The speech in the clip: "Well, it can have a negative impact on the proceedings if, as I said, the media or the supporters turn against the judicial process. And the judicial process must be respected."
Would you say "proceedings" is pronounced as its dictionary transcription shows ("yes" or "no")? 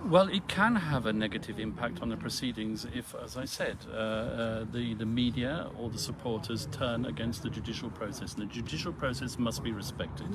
yes